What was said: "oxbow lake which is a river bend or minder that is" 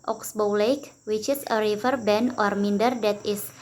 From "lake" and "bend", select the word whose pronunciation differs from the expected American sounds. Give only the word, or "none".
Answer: bend